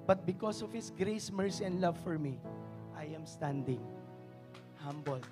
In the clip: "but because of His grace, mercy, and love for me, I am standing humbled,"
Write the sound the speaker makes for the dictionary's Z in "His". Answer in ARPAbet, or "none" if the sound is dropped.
S